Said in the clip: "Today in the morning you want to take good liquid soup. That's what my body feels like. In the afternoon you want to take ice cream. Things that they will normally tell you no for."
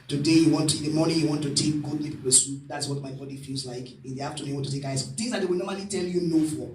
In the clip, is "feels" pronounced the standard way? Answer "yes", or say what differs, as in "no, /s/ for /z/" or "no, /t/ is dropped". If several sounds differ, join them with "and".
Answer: yes